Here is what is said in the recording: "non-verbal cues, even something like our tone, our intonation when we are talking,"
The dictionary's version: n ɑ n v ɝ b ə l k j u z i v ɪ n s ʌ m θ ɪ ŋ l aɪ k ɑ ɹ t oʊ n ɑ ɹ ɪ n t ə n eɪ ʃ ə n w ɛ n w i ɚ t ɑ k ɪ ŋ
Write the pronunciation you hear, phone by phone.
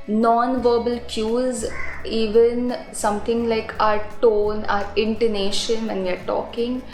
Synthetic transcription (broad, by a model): n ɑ n v ɝ b ə l k j u z i v ɪ n s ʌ m t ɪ ŋ l aɪ k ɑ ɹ t oʊ n ɑ ɹ ɪ n t ə n eɪ ʃ ə n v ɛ n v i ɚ t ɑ k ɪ ŋ